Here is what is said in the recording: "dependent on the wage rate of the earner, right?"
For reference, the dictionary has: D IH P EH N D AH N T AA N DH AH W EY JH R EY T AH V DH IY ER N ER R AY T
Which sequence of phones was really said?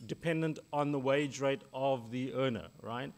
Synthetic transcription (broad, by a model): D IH P EH N D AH N T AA N DH AH W EY JH R EY T AH V DH IY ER N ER R AY T